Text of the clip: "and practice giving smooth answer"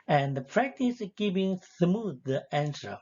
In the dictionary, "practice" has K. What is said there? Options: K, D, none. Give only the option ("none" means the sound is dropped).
K